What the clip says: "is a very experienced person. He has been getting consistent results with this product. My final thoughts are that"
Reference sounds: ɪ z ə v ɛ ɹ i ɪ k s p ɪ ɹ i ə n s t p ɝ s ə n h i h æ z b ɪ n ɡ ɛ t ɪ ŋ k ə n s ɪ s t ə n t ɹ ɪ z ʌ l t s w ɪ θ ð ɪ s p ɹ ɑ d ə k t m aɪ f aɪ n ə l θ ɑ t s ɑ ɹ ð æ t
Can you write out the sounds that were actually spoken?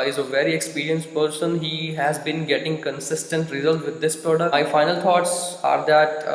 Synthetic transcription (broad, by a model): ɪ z ə v ɛ ɹ i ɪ k s p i ɹ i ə n s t p ɝ s ə n h i h æ z b ɪ n ɡ ɛ t ɪ ŋ k ə n s ɪ s t ə n t ɹ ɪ z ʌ l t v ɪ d ɪ s p ɹ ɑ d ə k m aɪ f aɪ n ə l t ɑ t s ɑ ɹ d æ t